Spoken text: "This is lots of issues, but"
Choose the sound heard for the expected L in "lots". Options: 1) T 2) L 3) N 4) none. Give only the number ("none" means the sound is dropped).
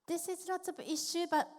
3